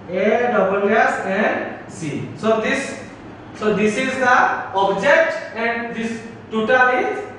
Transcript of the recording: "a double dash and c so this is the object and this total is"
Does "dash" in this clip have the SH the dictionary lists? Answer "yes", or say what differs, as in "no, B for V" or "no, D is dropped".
no, S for SH